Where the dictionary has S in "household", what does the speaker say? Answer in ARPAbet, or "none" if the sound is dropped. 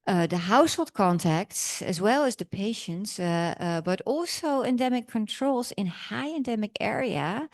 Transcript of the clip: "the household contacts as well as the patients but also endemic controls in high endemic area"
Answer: S